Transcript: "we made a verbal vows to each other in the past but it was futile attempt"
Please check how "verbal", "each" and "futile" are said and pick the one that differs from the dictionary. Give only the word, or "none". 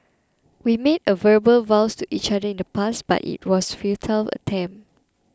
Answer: none